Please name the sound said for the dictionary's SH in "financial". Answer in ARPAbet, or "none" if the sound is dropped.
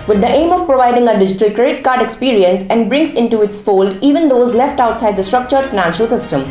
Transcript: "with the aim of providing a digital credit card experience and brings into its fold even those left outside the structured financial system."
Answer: SH